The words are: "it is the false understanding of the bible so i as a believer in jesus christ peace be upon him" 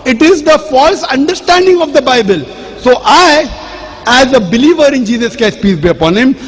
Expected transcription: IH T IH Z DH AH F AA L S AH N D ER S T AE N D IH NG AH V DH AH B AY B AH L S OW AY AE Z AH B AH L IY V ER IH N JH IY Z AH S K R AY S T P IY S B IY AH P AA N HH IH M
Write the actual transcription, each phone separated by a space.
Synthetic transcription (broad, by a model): IH T IH Z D AH F AA L S AH N D ER S T AE N D IH NG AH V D AH B AY B AH L S OW AY AE Z AH B AH L IY V ER IH N JH IY Z AH S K EH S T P IY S B IY AH P AA N HH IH M